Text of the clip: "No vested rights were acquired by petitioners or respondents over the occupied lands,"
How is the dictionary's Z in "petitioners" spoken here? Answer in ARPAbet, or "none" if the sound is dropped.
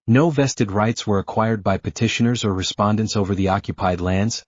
Z